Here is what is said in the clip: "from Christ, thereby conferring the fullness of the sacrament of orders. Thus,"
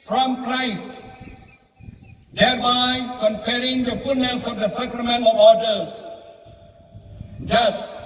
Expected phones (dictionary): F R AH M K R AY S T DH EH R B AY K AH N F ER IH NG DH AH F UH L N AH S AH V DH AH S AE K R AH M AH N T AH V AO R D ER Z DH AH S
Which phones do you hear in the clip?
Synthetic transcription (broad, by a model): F R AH M K R AY S T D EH R B AY K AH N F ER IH NG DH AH F UH L N AH S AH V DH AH S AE K R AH M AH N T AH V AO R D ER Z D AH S